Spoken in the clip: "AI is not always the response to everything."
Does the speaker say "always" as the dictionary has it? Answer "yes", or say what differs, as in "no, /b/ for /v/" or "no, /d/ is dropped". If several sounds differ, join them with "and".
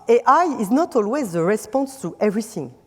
yes